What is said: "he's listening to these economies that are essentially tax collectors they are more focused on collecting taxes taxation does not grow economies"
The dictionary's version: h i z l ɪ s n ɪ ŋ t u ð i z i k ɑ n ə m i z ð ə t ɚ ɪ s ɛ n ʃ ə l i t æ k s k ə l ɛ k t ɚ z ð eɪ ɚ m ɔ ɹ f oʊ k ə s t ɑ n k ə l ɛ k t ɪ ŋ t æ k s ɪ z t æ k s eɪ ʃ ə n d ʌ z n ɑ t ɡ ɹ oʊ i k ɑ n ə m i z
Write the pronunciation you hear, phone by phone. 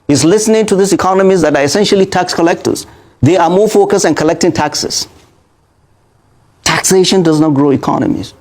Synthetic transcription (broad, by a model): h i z l ɪ s n ɪ ŋ t u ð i s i k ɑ n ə m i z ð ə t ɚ ɪ s ɛ n ʃ ə l i t æ k s k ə l ɛ k t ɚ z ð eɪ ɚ m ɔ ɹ f oʊ k ə s t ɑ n k ə l ɛ k t ɪ ŋ t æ k s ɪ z t æ k s eɪ ʃ ə n d ʌ z n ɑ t ɡ ɹ oʊ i k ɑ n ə m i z